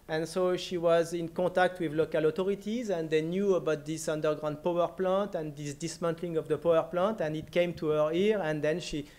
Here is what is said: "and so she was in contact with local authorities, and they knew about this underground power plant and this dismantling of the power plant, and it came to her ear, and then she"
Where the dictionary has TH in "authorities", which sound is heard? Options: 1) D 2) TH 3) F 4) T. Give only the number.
4